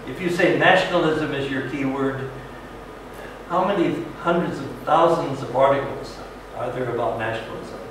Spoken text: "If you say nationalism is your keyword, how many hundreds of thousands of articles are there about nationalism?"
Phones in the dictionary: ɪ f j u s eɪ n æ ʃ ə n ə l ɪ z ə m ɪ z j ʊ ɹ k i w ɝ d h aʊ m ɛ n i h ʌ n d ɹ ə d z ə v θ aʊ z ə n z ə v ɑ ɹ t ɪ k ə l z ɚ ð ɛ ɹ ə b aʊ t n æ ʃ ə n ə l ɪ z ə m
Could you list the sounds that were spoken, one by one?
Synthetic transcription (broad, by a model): ɪ f j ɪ s eɪ n æ ʃ n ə l ɪ z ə m ɪ z j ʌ ɹ k i w ɝ d h aʊ m ɛ n i h ʌ n d ɹ ə d z ə v θ aʊ z ə n z ə v ɑ ɹ t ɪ k l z ɚ ð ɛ ɹ ə b aʊ t n æ ʃ n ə l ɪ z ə m